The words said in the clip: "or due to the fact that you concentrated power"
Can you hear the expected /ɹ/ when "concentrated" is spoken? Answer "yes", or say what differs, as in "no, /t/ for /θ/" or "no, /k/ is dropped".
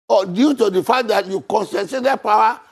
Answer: no, /ɹ/ is dropped